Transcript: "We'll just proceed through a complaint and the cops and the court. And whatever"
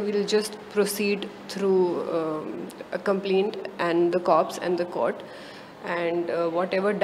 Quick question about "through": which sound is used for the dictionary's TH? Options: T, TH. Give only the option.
T